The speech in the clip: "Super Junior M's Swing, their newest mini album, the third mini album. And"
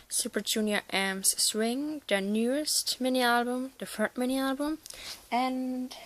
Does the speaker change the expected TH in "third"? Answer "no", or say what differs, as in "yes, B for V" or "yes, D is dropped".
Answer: yes, F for TH